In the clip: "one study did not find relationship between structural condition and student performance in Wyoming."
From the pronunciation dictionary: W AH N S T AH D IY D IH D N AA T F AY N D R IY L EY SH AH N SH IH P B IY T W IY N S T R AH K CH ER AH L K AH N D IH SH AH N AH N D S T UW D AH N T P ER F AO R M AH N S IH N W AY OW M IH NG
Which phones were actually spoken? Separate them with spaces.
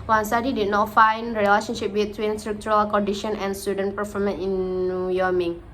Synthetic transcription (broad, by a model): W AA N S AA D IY D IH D N AA T F AY N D R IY L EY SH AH N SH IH P B IY T W IY N S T R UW K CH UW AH L K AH N D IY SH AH N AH N S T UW D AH N P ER F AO M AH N IH N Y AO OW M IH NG